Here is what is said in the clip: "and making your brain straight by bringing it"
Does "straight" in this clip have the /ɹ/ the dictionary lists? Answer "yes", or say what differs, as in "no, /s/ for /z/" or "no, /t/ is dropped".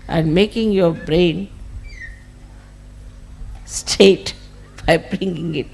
no, /ɹ/ is dropped